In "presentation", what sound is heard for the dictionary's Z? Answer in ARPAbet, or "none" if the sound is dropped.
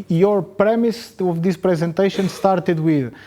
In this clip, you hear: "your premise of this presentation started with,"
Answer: Z